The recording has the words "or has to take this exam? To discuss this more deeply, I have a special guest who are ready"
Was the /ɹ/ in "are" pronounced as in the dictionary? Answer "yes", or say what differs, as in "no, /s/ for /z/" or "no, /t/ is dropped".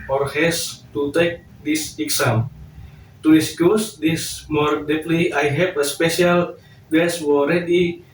no, /l/ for /ɹ/